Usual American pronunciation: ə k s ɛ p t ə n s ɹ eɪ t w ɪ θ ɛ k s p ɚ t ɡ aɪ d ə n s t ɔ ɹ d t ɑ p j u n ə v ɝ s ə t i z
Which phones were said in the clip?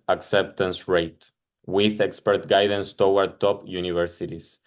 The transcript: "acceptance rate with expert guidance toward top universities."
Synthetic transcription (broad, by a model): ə k s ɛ p t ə n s ɹ eɪ t w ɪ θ ɛ k s p ɚ t ɡ aɪ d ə n s t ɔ w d t ɑ p j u n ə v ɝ s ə t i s